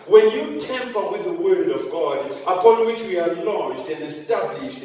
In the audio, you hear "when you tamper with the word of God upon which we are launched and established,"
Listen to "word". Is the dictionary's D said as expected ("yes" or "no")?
yes